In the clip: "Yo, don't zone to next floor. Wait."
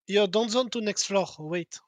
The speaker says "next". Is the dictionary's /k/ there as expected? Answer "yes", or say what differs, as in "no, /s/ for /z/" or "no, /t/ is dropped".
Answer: yes